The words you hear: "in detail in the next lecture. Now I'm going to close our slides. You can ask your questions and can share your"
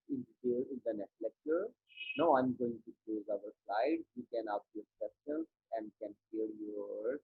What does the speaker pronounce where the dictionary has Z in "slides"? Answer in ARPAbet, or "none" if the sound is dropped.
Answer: none